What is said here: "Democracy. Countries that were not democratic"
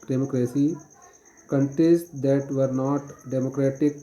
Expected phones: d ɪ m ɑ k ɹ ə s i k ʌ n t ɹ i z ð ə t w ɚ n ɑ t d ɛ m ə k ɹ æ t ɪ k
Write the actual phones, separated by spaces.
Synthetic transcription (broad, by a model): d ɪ m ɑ k ɹ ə s i k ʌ n t i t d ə t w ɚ n ɑ t d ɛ m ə k ɹ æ t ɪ k